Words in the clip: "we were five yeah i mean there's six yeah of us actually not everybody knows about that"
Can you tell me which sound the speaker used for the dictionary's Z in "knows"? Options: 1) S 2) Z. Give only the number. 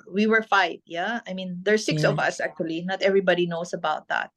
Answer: 1